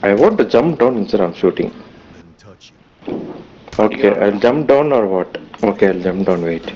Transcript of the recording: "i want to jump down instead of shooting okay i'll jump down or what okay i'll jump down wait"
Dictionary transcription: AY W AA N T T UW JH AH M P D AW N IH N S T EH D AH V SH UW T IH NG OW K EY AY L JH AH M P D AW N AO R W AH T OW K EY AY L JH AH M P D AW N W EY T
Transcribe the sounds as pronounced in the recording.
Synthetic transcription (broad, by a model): AY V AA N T T UW JH AH M P D AW N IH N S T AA AH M SH UW T IH NG OW K EY AY L JH AH M P D AW N AO R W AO T OW K EY AY L JH AH M P D AW N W EY T